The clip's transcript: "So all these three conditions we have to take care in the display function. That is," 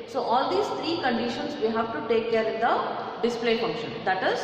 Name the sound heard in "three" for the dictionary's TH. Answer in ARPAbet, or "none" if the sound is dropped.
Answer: T